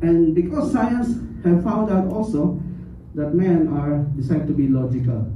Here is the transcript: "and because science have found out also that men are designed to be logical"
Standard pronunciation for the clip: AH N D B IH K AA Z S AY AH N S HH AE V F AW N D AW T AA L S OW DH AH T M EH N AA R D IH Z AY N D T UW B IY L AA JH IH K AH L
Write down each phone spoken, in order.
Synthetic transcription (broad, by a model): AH N B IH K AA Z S AY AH N S HH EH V F AW N D AW T AA L S OW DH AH T M EH N AA R D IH S AY D T UW B IY L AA JH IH K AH L